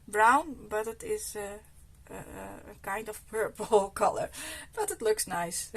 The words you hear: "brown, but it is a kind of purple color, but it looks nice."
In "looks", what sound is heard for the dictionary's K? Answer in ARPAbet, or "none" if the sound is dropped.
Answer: K